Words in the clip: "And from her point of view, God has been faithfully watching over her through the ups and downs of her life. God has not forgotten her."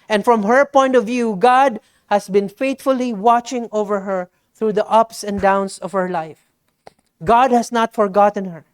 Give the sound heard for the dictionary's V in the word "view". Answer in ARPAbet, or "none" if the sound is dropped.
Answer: V